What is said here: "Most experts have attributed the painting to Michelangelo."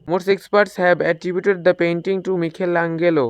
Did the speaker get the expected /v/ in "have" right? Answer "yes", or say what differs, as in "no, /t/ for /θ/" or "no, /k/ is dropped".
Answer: no, /b/ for /v/